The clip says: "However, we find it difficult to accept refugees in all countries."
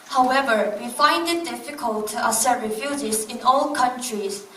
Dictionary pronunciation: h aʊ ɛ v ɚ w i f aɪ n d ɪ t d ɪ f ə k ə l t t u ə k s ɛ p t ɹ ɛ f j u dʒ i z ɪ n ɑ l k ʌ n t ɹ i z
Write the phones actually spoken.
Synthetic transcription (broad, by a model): h aʊ ɛ v ɚ w i f aɪ n d ɪ t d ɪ f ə k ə l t t u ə s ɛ t ɹ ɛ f j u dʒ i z ɪ n ɑ l k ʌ n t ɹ i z